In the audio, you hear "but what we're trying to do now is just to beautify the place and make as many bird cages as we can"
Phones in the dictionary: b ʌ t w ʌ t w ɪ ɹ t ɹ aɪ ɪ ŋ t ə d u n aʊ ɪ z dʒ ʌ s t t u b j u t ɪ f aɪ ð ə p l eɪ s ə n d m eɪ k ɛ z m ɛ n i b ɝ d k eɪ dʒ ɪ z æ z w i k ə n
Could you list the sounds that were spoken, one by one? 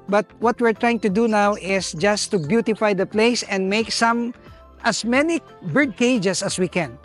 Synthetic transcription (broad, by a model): b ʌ t w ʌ t w ɪ ɹ t ɹ aɪ ɪ ŋ t ə d u n aʊ ɪ s dʒ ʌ s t t u b j u t ɪ f aɪ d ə p l eɪ s ə n d m eɪ k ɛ s m ɛ n i b ɝ d k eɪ dʒ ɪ s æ s w i k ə n